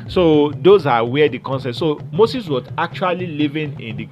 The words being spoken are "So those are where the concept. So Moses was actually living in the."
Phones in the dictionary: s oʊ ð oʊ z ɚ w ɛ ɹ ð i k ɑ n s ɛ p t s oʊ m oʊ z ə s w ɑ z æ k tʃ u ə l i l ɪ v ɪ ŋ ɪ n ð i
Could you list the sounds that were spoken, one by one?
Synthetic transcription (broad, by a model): s oʊ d oʊ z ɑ w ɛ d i k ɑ n s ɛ t s oʊ m oʊ s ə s w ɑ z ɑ k tʃ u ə l i l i v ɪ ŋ ɪ n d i